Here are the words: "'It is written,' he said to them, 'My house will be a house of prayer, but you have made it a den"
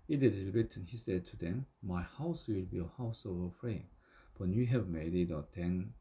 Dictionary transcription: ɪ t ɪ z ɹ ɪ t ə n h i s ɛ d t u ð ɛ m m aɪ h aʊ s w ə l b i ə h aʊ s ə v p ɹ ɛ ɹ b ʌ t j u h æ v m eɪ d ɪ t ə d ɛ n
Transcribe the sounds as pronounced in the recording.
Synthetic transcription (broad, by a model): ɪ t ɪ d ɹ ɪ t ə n h i s ɛ d t u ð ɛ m m aɪ h aʊ s w ə l b i ə h aʊ s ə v f ɹ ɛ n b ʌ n j u h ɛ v m eɪ d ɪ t ə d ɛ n